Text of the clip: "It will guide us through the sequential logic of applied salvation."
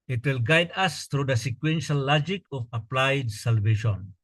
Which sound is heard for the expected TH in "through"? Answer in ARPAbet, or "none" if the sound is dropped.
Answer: T